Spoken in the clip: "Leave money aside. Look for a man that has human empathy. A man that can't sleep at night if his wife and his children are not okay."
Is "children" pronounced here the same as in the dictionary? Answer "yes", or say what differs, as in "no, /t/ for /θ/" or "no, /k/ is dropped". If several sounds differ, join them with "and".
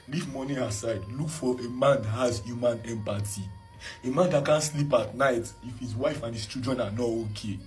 no, /l/ is dropped and /ɹ/ is dropped